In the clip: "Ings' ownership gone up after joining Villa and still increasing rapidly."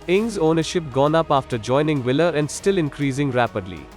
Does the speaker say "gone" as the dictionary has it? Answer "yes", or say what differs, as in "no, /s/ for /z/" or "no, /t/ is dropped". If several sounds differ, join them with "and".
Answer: yes